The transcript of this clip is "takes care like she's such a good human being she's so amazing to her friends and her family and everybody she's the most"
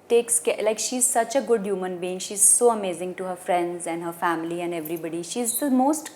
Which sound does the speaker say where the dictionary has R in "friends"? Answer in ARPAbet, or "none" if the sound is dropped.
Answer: R